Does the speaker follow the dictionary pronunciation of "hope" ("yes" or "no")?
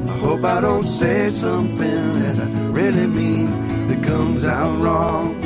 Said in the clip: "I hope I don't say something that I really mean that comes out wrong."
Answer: yes